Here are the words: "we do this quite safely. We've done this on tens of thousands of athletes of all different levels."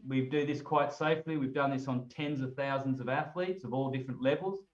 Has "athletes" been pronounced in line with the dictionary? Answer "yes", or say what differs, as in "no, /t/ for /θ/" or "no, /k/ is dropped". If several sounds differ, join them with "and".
yes